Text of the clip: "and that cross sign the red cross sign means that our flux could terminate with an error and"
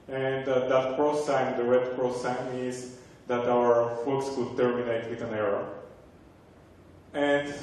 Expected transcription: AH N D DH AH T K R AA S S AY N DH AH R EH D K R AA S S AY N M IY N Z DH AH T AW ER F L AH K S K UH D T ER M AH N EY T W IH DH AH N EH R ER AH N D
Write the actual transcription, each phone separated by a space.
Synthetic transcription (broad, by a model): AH N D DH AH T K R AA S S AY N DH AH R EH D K R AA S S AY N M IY Z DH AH T AW ER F UW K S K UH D T ER M AH N EY T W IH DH AH N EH R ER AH N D